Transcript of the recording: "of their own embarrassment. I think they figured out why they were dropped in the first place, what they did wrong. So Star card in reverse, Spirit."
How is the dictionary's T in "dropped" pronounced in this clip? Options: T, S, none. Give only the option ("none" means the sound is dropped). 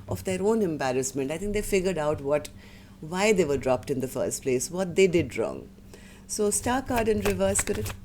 T